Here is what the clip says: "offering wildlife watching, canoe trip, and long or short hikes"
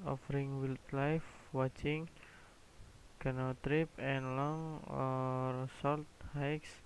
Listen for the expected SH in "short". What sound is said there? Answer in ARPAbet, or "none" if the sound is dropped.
S